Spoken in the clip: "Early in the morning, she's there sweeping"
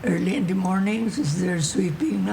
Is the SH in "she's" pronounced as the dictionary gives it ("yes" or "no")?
no